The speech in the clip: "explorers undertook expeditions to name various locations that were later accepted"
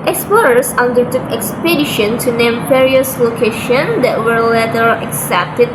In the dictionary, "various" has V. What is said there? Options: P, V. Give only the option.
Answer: P